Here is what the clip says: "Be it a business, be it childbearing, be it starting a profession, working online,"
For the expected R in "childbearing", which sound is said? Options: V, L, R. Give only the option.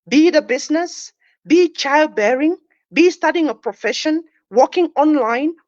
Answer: R